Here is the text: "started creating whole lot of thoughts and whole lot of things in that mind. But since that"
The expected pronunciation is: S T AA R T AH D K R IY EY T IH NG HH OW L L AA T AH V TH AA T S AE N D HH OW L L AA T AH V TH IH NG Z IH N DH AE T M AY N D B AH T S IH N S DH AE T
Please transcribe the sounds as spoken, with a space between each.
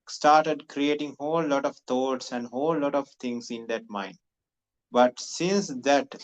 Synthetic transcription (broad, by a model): S T AA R T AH D K R IY EY T IH NG HH OW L L AA T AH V T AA T S AE N D HH OW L L AA T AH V T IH NG S IH N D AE T M AY N D B AH T S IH N S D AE T